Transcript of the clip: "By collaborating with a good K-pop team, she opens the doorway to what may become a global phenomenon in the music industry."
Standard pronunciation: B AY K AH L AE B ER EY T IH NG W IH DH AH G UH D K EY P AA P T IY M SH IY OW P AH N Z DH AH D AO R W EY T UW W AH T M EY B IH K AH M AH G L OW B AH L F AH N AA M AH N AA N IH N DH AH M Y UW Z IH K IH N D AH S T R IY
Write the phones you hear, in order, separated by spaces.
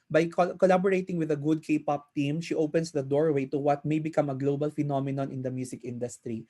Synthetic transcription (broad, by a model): B AY K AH L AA B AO EY T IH NG W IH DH AH G UH D K EY P AA P T IY M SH IY OW P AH N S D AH D AO R W EY T UW W AH T M EY B IH K AH M AH G L OW B AH L F AH N AA M AH N AA N IH N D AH M Y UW S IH K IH N D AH S T R IY